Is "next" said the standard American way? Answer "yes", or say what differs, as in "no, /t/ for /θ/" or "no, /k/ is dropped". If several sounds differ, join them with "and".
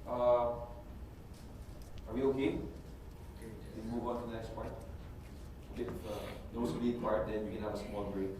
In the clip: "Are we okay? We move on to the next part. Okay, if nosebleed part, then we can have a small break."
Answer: yes